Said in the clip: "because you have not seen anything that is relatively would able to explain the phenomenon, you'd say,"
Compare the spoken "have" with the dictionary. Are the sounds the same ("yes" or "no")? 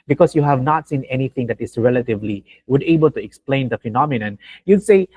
yes